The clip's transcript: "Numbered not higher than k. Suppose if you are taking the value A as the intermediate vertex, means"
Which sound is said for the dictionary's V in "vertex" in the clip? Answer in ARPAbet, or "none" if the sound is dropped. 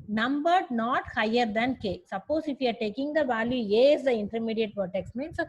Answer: P